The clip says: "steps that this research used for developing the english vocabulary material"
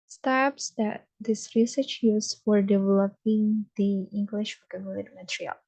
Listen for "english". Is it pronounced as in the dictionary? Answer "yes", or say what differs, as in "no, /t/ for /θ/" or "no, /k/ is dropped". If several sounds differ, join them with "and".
yes